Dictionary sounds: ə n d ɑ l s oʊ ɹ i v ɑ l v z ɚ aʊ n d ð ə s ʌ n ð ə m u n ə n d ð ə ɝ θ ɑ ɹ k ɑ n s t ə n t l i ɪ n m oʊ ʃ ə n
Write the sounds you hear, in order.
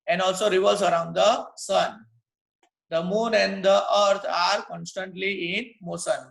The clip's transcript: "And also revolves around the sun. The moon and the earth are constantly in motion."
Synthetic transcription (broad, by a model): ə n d ɑ l s oʊ ɹ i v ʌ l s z ɚ aʊ n d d ə s ʌ n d ə m u n ə n d ə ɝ t ɑ ɹ k ɑ n s t ə n t l i ɪ n m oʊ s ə n